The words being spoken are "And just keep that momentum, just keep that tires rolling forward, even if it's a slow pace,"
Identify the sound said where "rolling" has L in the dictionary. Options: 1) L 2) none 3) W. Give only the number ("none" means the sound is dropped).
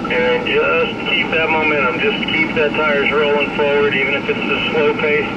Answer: 1